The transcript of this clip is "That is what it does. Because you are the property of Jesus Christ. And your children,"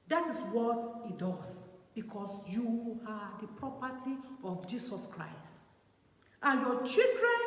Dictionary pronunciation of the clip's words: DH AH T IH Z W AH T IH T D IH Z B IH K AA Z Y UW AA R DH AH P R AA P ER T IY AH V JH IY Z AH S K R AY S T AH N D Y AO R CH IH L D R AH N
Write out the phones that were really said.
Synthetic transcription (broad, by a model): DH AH T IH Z W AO T IH T D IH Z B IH K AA S Y UW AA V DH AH P R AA P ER T IY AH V JH IY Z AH S K R AY S T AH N Y AO CH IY L D R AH N